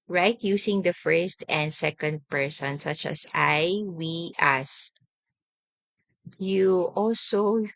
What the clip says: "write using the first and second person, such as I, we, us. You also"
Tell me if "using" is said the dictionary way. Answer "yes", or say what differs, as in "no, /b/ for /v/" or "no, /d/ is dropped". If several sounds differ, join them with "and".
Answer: no, /s/ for /z/